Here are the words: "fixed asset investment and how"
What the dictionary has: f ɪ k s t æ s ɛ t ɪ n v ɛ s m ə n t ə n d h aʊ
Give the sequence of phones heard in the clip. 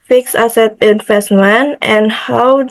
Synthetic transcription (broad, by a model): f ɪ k s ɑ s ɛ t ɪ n f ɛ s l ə n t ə n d h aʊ